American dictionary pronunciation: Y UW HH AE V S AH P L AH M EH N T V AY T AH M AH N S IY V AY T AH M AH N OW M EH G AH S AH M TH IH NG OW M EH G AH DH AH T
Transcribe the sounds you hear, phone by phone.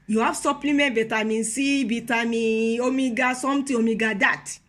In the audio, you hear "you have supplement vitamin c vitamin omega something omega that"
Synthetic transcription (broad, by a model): Y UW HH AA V S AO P L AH M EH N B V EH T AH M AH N S IY B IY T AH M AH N OW M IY G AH S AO M T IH OW M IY G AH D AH T